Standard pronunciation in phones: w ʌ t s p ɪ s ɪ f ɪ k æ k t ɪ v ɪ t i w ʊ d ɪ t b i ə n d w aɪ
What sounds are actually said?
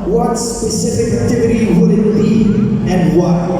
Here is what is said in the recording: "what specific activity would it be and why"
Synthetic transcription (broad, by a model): w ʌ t s p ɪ s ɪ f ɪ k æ t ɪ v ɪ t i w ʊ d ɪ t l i ə n d w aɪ